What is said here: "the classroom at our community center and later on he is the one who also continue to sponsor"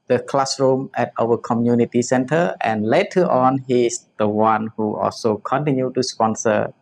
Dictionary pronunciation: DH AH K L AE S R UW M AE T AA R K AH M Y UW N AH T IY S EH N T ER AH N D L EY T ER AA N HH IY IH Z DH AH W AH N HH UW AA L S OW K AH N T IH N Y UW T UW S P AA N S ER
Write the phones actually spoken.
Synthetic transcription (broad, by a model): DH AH K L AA S R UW M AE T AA W K AH M Y UW N AH T IY S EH N T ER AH N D L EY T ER AA N HH IY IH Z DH AH W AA N HH UW AA L S OW K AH N T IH N Y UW T UW S P AA N S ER